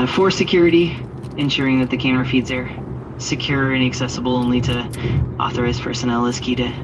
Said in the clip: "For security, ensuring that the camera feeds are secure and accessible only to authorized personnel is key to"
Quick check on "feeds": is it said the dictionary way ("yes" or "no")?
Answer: yes